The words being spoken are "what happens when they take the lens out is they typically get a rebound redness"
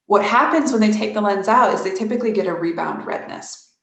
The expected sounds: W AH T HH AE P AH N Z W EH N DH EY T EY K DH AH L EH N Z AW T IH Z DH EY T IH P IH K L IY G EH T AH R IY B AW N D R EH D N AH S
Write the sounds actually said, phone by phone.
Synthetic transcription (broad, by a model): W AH T HH AE P AH N Z W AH N DH EY T EY K DH AH L EH N Z AW T IH Z DH EY T IH P IH K L IY G EH T AH R IY B AW N D R EH D N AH S